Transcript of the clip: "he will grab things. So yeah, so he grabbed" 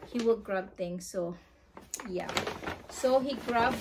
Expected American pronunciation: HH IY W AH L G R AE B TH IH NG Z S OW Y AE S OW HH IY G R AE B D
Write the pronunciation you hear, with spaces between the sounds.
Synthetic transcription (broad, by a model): HH IY W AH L G R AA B T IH NG S OW Y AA S OW HH IY G R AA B